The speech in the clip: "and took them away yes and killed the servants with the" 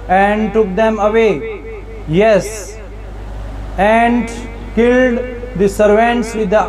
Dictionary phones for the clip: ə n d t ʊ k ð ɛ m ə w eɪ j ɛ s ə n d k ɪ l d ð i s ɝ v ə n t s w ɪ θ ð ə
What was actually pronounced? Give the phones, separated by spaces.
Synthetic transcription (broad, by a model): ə n d t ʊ k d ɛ m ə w eɪ j ɛ s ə n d k ɪ l d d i s ɝ v ə n t s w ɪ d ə